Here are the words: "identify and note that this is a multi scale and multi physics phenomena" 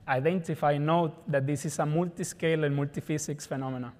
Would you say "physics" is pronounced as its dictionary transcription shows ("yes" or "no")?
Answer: no